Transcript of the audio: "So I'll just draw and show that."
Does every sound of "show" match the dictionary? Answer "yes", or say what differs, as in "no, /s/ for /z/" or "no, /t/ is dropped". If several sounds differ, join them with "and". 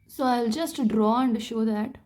yes